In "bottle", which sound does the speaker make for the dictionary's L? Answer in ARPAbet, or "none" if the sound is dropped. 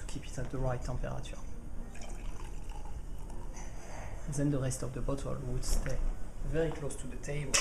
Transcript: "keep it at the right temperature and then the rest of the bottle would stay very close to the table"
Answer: L